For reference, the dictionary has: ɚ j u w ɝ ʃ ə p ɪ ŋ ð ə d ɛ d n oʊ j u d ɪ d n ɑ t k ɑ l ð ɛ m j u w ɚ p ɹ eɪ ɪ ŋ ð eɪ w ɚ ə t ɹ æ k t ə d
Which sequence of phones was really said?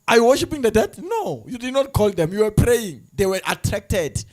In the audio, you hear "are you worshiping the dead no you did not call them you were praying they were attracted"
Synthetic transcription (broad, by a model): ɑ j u w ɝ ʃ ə p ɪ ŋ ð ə d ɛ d n oʊ j u d ɪ d n ɑ t k ɑ l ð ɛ m j u w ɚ p ɹ eɪ ɪ ŋ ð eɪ w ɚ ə t ɹ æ k t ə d